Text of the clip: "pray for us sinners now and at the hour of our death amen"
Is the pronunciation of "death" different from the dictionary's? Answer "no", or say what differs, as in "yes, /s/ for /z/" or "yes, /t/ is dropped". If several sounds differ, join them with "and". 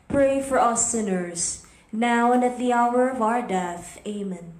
no